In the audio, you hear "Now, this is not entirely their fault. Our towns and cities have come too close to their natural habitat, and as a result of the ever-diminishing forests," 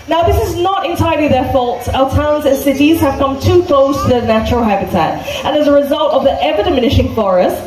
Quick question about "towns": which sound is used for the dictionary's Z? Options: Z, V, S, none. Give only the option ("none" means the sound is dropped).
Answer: Z